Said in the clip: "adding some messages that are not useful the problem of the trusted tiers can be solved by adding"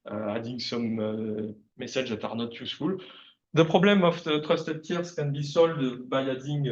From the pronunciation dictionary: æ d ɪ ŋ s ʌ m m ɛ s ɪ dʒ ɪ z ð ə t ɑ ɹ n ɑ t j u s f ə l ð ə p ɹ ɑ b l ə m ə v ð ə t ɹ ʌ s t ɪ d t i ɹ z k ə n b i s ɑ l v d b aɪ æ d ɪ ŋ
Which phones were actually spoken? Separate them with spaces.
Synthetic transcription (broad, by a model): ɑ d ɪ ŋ s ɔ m m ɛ ɪ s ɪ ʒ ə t ɑ ɹ n ɑ t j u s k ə l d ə p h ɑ b l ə m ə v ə t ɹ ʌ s t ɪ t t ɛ ɹ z k ə n b i s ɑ l d b aɪ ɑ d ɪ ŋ